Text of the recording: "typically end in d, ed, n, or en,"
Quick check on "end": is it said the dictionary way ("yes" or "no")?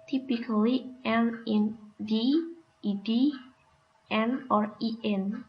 no